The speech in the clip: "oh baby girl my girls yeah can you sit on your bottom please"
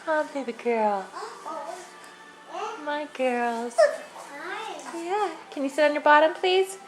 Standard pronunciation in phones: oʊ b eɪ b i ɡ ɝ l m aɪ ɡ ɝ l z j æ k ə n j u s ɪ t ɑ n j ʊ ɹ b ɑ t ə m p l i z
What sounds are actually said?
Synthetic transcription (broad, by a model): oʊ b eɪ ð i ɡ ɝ l m aɪ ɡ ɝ l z j æ k ə n j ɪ s ɪ t n j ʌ ɹ b ɑ t ə m p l i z